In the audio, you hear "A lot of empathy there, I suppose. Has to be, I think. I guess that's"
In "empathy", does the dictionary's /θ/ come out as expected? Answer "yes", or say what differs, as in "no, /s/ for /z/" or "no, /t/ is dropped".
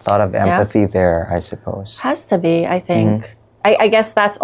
yes